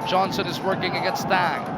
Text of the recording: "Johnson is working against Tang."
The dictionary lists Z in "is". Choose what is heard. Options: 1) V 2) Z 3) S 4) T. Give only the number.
2